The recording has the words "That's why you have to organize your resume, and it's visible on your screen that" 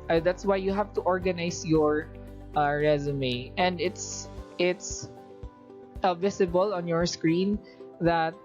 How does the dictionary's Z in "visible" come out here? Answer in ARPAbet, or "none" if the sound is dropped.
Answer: S